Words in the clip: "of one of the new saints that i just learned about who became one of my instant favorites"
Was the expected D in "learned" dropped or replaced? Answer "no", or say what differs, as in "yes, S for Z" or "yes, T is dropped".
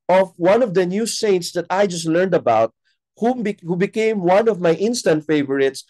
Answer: no